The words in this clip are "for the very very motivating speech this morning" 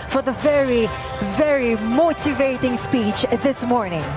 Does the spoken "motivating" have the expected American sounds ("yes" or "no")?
yes